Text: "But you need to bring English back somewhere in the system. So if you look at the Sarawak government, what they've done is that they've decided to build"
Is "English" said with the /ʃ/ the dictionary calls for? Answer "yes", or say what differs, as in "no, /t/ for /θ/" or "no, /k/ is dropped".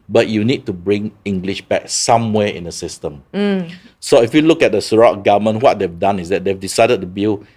yes